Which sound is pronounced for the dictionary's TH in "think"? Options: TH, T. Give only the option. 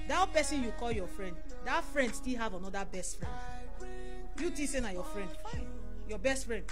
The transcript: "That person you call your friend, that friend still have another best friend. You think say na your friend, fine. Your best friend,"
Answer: T